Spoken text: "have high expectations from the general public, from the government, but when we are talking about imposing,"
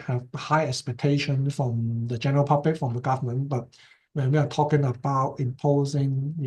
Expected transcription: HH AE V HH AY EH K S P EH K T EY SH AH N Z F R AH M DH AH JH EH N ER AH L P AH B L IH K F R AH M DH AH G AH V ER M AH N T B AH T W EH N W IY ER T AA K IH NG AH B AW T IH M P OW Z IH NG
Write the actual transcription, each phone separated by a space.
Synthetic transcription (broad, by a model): HH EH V HH AY EH K S P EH K T EY SH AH N F R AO M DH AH JH EH N ER AH L P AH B L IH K F R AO M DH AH G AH V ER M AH N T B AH T W EH N W IY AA T AA K IH NG AH B AW T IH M P OW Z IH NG